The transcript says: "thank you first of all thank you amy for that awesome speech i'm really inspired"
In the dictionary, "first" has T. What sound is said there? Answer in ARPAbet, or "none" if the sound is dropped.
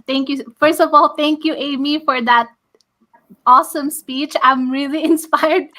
T